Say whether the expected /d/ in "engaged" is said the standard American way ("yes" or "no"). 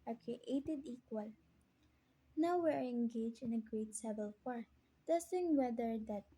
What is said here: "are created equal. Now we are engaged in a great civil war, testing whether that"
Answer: no